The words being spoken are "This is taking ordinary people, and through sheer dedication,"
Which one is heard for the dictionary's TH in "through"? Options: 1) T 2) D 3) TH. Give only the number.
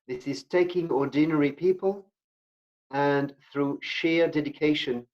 3